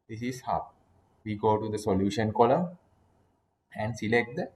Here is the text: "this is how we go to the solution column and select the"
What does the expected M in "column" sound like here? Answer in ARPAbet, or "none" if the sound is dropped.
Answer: none